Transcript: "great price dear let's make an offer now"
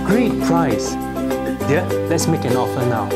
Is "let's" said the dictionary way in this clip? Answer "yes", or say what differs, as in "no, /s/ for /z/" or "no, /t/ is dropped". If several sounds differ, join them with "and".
yes